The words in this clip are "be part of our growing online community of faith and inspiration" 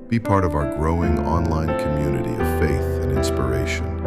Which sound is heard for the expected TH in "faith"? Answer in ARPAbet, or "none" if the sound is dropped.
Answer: TH